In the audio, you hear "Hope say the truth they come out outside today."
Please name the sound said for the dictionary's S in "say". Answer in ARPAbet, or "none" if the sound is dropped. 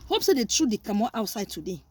S